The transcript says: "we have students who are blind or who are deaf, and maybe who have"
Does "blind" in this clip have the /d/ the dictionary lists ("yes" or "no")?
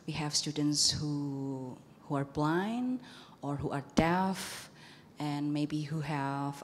no